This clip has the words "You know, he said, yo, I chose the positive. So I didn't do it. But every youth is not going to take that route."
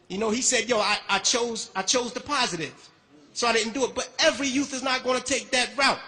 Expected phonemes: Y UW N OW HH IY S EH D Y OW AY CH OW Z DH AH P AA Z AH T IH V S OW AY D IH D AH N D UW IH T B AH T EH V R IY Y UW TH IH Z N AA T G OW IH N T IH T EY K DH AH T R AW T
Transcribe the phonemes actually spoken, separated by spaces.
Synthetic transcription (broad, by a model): Y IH N OW HH IY S EH D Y OW AY CH OW Z DH AH P AA Z AH T IH V S OW AY D IH D N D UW IH T B AH T EH V R IY Y UW TH IH Z N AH T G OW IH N T IH T EY K DH AH T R AW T